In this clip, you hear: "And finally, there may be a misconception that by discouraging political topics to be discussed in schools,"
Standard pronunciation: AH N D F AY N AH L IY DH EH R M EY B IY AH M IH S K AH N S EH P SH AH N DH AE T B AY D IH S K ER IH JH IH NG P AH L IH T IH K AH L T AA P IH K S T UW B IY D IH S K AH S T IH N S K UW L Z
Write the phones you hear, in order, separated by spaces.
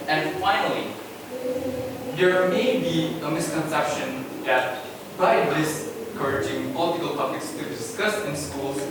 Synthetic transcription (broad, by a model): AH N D F AY N AH L IY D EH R M EY B IY AH M IH S K AH N S EH P SH AH N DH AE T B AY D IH S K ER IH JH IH NG P AH L IH T IH K AH L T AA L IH K S T UW D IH S K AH S IH N S K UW L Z